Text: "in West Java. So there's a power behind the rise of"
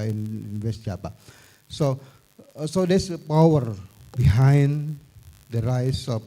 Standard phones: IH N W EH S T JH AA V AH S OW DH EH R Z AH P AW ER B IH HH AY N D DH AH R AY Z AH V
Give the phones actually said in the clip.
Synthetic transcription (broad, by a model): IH N W EH S T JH AA P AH S OW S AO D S AH P AW ER B IH HH AY N D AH R AY S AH